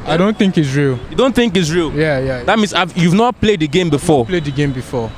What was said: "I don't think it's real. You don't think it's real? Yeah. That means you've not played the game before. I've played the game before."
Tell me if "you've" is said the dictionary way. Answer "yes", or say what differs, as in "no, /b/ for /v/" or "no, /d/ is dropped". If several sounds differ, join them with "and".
yes